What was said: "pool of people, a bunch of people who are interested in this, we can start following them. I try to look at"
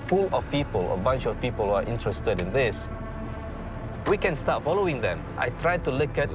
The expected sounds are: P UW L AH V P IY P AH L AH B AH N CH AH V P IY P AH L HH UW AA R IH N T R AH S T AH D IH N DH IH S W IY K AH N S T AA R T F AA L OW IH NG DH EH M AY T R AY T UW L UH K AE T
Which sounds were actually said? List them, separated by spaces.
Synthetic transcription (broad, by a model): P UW L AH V P IY P AH L AH B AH N CH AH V P IY P AH L HH UW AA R IH N T R AH S T AH D IH N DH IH S W IY K AH N S T AA T F AA L OW IH NG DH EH M AY T R AY T UW L UH K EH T